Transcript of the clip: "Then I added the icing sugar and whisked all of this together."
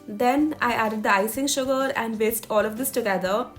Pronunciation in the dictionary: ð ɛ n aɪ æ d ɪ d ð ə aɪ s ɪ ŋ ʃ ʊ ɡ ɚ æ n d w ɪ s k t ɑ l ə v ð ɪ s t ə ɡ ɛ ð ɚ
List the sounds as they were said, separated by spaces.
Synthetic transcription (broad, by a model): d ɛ n aɪ æ d ɪ d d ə aɪ s ɪ ŋ ʃ ʊ ɡ ɚ æ n d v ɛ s t ɑ l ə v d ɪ s t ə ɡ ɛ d ɚ